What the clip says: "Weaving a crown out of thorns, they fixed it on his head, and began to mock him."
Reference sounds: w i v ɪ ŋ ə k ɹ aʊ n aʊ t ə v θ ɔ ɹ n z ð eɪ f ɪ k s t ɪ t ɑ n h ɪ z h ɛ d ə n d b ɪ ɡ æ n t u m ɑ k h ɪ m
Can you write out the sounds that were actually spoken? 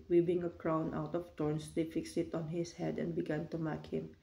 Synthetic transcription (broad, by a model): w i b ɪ ŋ ə k ɹ aʊ n aʊ t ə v t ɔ ɹ n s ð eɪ f ɪ k s t ɪ t ɑ n h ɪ s h ɛ d ə n d b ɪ ɡ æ n t u m ɑ k h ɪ m